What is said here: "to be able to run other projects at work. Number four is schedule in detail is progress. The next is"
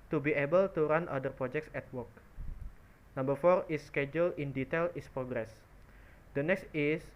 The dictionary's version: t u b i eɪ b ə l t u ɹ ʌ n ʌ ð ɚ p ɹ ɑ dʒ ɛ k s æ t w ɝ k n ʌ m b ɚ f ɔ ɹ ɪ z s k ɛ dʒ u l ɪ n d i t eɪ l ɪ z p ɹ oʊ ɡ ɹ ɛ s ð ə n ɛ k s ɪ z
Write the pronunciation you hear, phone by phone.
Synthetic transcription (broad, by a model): t u b i eɪ b ə l t u ɹ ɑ n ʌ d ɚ p ɹ ɑ dʒ ɛ k s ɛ t w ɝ k n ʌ m b ɚ f ɔ ɹ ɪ s k ɛ dʒ u l ɪ n d i t eɪ l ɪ s p ɹ oʊ ɡ ɹ ɛ s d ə n ɛ k s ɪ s